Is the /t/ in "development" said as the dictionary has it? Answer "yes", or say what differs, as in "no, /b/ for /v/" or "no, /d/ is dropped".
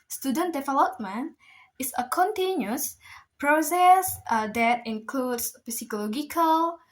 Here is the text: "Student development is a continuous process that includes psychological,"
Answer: no, /t/ is dropped